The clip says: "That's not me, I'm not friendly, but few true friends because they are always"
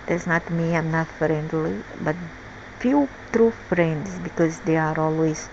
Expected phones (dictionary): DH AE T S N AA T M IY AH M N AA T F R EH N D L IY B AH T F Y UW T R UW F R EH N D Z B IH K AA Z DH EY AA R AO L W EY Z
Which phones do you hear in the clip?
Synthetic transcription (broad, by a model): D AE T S N AA T M IY AH M N AA T F R EH N D L IY B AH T F Y UW T R UW F R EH N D S B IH K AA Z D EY AA R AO L W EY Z